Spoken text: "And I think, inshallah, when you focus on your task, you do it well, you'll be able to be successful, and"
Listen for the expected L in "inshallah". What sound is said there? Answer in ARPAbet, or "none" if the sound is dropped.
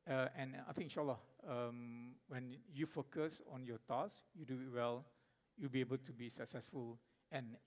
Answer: none